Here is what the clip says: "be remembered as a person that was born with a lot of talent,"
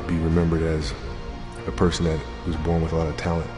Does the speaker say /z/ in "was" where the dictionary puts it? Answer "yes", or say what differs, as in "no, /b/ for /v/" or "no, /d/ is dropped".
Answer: yes